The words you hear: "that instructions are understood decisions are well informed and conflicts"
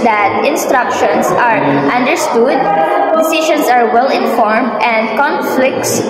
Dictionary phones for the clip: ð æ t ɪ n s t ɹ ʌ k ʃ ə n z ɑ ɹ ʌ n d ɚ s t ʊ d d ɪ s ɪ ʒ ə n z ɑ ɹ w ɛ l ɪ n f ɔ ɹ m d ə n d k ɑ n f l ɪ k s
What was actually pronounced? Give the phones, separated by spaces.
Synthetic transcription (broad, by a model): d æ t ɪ n s t ɹ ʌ k ʃ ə n s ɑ ɹ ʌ n d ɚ s t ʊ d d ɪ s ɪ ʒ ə n s ɑ ɹ w ɛ l ɪ n f ɔ ɹ m d ə n d k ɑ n f l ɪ k s